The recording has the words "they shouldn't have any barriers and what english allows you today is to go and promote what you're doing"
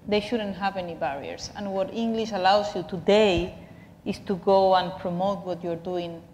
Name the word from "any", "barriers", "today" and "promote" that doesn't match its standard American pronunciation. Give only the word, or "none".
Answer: barriers